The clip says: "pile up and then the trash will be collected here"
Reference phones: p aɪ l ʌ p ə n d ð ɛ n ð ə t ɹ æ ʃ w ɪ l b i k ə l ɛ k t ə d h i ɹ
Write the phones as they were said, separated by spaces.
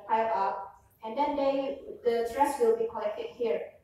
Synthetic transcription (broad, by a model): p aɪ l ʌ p ə n d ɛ n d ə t ɹ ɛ s w ɪ l b i k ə l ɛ k t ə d h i ɹ